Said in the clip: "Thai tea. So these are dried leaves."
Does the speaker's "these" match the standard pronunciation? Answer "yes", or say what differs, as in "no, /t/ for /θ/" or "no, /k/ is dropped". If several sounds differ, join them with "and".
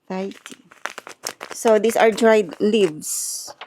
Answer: no, /s/ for /z/